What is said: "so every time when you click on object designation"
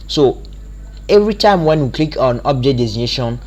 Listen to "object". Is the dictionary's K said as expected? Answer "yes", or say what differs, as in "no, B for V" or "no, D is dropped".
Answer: no, K is dropped